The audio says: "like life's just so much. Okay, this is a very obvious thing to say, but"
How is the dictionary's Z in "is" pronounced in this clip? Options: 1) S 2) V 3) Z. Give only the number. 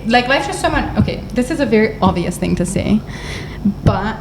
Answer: 3